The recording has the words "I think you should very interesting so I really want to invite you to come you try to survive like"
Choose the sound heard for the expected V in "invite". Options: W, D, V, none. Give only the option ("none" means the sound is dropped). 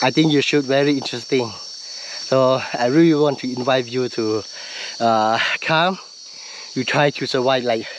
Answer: V